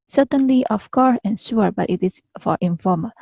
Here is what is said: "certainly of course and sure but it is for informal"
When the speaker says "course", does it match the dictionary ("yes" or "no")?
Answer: no